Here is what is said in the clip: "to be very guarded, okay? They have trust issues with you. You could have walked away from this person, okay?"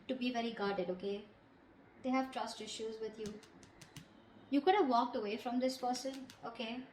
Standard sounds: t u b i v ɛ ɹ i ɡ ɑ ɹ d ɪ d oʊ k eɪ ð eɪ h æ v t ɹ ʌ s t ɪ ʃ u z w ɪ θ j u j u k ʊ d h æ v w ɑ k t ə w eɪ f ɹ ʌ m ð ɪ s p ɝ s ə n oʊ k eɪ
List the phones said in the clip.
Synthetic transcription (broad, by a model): t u b i v ɛ ɹ i ɡ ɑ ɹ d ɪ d oʊ k eɪ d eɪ h æ v t ɹ ʌ s t ɪ ʃ u z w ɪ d j u j u k ʊ d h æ v ɑ k t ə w eɪ f ɹ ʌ m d ɪ s p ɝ s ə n oʊ k eɪ